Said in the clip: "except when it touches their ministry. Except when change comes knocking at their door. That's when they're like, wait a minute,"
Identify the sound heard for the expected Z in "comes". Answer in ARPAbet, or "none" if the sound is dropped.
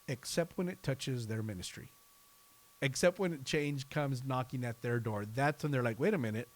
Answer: Z